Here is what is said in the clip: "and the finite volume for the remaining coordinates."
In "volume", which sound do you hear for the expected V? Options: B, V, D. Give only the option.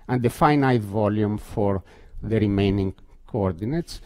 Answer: V